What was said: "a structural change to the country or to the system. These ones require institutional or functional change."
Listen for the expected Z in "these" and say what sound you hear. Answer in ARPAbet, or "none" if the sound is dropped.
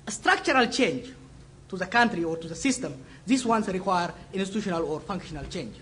S